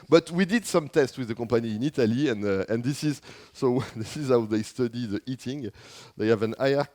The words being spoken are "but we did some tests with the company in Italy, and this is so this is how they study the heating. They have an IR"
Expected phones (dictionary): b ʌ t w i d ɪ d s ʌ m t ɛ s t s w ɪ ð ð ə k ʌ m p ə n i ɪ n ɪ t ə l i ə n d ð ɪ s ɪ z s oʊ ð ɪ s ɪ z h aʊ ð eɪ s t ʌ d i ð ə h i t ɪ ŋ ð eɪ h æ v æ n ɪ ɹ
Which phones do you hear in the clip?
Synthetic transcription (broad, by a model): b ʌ t w i d ɪ d s ʌ m t ɛ s t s w ɪ ð ð ə k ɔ p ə n i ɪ n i t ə l i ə n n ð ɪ s ɪ z s oʊ ð ɪ s ɪ z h aʊ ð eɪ s t ʌ d i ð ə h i t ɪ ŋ ð eɪ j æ v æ n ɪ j